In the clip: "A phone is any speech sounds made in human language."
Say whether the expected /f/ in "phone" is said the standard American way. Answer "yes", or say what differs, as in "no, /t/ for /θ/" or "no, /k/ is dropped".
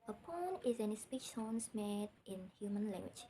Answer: no, /p/ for /f/